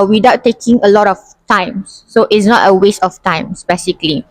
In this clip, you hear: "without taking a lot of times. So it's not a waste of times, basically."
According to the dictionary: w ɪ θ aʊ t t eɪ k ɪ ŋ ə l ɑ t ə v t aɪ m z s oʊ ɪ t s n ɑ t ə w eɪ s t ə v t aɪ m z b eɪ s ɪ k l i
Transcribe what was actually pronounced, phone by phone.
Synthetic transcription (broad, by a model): w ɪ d aʊ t t eɪ k ɪ ŋ ə l ɑ t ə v t aɪ m s oʊ ɪ t s n ɑ t ə w eɪ s t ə f t aɪ m s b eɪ s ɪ k l i